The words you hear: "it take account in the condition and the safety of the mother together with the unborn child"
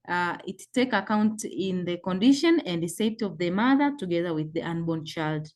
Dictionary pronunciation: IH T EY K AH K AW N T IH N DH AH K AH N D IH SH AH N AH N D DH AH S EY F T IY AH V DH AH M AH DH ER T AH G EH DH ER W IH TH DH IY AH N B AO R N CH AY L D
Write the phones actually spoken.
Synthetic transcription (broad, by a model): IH T EY K AH K AW N T IH N DH AH K AH N D IH SH AH N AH N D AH S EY T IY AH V DH AH M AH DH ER T AH G EH DH ER W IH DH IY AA N B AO N CH AY L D